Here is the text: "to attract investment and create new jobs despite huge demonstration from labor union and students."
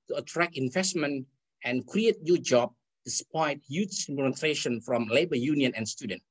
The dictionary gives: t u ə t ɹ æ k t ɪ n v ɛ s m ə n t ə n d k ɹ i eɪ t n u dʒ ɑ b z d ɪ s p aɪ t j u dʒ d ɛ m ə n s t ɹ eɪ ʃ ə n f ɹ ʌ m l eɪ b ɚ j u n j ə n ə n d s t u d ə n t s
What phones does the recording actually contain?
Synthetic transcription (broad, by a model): t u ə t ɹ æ k ɪ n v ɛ s m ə n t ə n k ɹ i eɪ t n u dʒ ɑ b d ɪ s p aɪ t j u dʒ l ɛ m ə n t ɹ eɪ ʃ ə n f ɹ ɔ m l eɪ b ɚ j u n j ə n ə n s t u d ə n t